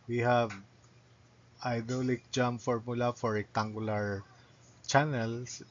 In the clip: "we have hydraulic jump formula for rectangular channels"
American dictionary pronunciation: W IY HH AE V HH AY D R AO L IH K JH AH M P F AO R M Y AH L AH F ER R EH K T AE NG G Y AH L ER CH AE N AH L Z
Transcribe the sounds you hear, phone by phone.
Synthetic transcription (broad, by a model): W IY HH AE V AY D AO L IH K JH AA M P F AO R M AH L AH F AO R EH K T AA NG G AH L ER CH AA N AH L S